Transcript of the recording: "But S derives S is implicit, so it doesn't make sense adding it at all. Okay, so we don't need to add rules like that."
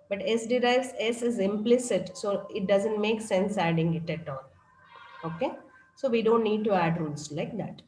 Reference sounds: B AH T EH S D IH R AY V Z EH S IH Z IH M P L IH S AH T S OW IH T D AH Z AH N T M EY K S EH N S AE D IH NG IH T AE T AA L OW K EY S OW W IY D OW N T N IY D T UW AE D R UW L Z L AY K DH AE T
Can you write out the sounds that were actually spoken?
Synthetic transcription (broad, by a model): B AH T EH S D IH R AY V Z EH S IH Z IH M P L IH S AH T S OW IH T D AH Z AH N T M EY K S EH N S AE D IH NG IH T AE T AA N OW K EY S OW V IY D OW N T N IY D T UW AE D R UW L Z L AY K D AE T